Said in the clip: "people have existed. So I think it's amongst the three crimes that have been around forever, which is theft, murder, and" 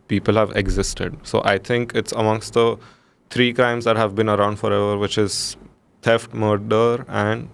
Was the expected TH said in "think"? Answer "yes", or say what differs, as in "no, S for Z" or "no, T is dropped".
no, T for TH